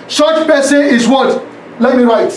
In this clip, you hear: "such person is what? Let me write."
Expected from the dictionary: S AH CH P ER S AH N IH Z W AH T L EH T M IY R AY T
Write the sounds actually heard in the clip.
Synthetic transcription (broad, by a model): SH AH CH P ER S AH IH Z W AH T L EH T M IY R AY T